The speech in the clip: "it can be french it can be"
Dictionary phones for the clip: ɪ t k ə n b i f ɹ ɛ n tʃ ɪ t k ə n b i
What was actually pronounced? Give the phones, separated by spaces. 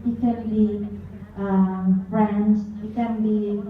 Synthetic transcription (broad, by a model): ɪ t k ə n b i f ɹ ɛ n s ɪ t k ə n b i